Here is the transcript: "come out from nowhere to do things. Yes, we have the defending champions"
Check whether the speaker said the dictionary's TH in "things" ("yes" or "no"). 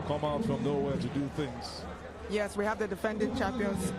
yes